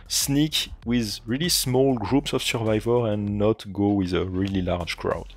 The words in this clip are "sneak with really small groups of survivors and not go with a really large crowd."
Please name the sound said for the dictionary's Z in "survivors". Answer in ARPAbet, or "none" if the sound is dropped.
none